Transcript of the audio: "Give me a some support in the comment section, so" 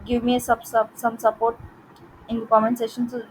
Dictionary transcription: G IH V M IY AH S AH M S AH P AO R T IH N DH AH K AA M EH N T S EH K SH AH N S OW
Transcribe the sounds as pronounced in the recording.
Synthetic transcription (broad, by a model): G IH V M IY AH S AH M S AH P AO R T IH N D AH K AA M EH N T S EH SH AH N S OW